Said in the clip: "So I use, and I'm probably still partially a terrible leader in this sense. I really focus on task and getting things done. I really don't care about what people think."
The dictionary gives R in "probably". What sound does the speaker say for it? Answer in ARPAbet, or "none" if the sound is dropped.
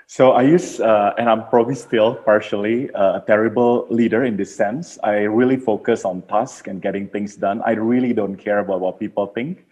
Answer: R